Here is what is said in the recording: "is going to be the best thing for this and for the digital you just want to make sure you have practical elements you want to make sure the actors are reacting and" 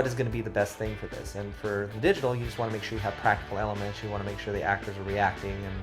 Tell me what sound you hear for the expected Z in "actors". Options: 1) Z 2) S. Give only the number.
1